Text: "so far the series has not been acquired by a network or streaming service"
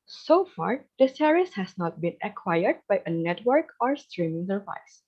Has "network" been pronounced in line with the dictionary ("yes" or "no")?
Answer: yes